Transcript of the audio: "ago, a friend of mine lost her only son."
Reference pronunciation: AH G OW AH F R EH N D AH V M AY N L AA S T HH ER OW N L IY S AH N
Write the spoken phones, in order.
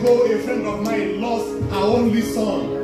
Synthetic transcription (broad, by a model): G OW AH F R EH N D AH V M AY N L AA S T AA OW N L IY S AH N